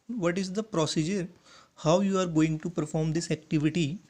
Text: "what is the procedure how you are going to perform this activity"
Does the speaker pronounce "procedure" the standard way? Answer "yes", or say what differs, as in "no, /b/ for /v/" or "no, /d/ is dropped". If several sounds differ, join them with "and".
yes